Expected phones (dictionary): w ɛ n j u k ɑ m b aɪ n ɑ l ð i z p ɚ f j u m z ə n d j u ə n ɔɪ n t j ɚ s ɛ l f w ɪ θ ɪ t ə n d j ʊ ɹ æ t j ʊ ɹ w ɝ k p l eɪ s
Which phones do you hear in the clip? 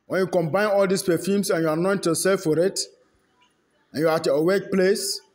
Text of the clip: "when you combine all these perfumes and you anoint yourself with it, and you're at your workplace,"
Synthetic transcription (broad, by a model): w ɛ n j u k ɑ m b aɪ n ɑ l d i s p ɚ f j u m s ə n j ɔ ə n ɔɪ n t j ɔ s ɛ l f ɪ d ɪ t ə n j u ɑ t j w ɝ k p l eɪ s